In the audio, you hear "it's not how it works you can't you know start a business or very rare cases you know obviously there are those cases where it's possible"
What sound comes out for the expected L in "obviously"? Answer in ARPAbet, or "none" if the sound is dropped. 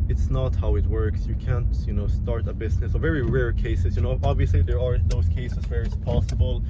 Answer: L